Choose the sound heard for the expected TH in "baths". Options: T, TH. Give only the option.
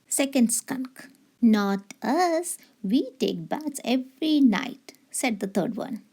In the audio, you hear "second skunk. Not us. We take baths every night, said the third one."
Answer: T